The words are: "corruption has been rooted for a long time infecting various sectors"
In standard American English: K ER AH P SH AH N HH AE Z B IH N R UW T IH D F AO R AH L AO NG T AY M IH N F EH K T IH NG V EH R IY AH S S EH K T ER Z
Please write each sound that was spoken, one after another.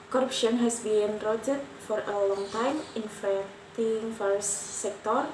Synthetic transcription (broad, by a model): K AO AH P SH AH N HH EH S B IH N R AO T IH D F AO R AH L AO NG T AY M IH N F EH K T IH NG F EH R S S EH K T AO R